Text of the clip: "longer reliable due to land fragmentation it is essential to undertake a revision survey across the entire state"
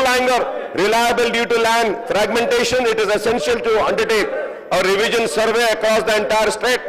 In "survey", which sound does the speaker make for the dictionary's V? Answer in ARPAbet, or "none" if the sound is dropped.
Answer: V